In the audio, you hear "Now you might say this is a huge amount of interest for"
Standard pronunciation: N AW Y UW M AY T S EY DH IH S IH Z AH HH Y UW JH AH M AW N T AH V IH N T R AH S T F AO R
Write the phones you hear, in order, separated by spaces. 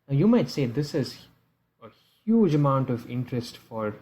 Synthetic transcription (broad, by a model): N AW Y UW M AY T S EY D IH S IH Z AH HH Y UW JH AH M AW N T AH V IH N T R AH S T F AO R